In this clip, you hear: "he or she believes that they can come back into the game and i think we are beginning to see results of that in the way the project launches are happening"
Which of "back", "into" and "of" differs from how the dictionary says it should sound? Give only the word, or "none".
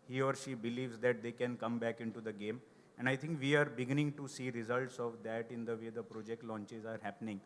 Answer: none